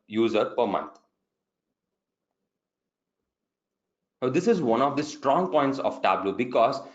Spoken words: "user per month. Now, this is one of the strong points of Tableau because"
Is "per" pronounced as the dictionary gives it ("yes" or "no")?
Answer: yes